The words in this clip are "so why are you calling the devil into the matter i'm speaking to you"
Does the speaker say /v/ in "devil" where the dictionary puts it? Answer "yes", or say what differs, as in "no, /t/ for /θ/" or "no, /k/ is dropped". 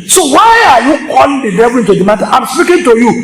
no, /b/ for /v/